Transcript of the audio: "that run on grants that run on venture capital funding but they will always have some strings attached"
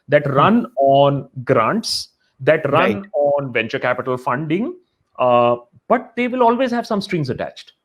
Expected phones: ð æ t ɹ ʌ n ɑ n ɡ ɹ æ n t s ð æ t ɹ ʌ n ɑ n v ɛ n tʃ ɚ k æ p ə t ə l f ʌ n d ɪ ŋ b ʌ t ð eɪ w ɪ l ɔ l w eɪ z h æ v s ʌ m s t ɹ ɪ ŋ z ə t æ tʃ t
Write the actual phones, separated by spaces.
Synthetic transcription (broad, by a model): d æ t ɹ ʌ n ɑ n ɡ ɹ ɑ n t s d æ t ɹ ʌ n ɑ n v ɛ n tʃ ɚ k æ p ə t ə l f ʌ n d ɪ ŋ b ʌ t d eɪ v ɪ l ɔ l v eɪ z h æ v s ʌ m s t ɹ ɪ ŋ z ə t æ tʃ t